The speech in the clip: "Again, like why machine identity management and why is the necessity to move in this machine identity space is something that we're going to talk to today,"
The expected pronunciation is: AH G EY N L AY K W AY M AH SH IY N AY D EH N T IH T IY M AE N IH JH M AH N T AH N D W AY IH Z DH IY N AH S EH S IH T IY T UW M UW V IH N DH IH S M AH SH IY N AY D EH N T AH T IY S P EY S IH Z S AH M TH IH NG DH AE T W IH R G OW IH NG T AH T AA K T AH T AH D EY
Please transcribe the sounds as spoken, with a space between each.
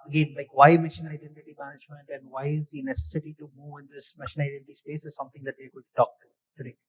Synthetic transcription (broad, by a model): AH G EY N L AY K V AY M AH SH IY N AY D EH N T IH T IY M AE N IH JH M AH N T AH N D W AY IH Z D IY N AH S EH S IH T IY T UW M UW V IH N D IH S M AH SH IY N AY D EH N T T IY S P EY S IH Z S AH M T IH NG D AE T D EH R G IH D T T AA K T AH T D EY